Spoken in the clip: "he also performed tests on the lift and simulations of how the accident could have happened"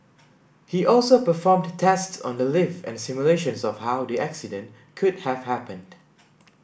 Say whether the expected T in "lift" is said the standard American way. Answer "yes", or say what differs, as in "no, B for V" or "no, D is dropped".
no, T is dropped